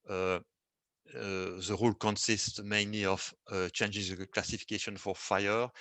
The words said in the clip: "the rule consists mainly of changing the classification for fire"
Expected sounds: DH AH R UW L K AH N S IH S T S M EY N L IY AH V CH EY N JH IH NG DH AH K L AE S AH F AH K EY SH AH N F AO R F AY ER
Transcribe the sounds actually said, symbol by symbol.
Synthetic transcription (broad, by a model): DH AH R UW L K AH N S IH S T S M EY N L IY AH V CH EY N JH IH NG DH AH K L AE S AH F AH K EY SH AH N F AO R F AY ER